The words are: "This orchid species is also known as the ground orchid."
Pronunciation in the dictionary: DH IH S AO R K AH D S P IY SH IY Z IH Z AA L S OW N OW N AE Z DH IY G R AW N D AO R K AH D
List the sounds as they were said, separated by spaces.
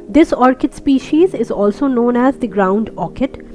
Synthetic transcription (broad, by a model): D IH S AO R K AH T S P IY SH IY Z IH Z AA L S OW N OW N AE Z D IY G R AW N D AO K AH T